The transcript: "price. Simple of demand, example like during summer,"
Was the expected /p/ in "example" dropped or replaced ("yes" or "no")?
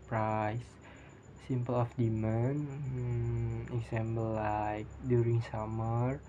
yes